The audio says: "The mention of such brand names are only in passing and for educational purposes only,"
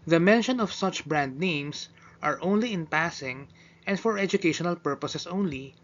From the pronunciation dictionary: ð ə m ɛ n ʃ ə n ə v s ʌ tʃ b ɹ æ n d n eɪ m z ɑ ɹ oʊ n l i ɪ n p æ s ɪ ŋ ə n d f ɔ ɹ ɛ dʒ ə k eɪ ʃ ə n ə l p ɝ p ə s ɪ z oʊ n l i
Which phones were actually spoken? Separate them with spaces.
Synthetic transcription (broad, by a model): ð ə m ɛ n ʃ ə n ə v s ʌ tʃ b ɹ æ n d n eɪ m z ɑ ɹ oʊ n l i ɪ n p æ s ɪ ŋ ə n d f ɔ ɹ ɛ dʒ ə k eɪ ʃ ə n ə l p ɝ p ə s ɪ s oʊ n l i